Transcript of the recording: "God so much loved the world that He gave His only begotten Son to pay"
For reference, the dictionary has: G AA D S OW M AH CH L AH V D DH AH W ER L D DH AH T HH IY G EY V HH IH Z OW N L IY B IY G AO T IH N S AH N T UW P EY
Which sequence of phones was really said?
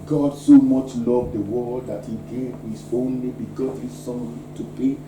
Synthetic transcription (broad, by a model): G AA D S OW M AH CH L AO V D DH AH W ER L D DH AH T HH IY G EY V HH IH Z OW N L IY B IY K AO S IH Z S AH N T UW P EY